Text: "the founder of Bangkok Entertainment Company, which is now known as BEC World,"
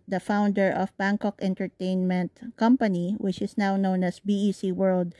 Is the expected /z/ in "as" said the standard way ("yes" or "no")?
no